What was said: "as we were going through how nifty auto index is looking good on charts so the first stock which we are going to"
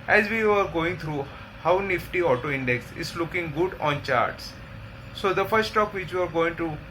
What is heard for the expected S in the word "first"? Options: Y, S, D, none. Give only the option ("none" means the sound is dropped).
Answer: none